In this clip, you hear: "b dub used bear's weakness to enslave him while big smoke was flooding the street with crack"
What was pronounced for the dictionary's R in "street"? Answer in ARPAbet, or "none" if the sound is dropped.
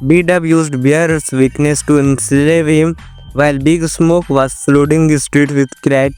R